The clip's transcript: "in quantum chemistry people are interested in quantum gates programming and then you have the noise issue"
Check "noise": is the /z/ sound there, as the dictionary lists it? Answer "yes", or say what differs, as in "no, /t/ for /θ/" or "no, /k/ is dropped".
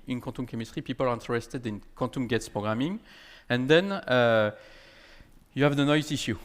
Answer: no, /s/ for /z/